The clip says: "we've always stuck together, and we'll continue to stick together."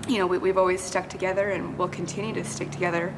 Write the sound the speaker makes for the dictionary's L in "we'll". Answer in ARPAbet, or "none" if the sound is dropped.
L